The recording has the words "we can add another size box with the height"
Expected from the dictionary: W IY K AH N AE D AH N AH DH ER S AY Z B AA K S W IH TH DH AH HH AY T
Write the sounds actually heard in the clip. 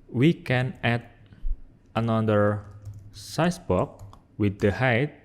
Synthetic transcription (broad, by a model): W IY K AH N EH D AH N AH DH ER S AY S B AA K W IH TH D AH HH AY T